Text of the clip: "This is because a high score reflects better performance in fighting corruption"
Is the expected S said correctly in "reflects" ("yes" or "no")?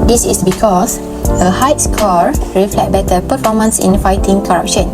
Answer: no